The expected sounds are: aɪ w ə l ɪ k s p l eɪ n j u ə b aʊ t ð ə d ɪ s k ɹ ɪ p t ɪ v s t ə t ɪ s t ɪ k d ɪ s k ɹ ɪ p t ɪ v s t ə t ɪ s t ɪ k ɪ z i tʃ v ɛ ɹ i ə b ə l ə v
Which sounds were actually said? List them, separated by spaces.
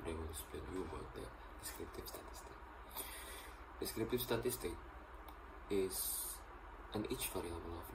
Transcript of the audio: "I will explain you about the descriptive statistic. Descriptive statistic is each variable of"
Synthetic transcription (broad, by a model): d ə w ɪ s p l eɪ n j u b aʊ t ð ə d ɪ s k ɹ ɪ p t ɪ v s t ə t ɪ s t ɪ k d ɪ s k ɹ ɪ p t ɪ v s t ə t ɪ s t ɪ k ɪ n i tʃ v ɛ ɹ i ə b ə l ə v